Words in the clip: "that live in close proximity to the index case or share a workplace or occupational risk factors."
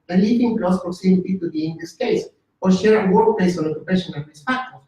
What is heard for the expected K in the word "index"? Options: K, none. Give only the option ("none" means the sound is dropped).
none